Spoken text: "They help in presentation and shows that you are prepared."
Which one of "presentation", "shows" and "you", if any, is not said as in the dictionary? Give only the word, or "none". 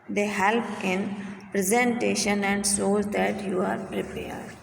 shows